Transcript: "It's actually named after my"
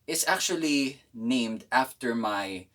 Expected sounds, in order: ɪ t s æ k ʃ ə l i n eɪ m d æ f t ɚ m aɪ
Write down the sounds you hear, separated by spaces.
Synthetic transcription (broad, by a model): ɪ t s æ k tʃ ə l i n eɪ m d æ f t ɚ m aɪ